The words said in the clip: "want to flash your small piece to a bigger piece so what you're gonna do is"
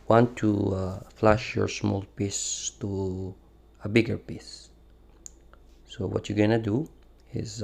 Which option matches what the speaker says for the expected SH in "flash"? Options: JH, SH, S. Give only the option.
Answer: SH